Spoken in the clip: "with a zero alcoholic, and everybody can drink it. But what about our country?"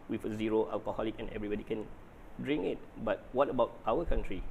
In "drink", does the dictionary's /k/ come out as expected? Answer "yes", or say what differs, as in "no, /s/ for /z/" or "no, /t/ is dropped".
no, /k/ is dropped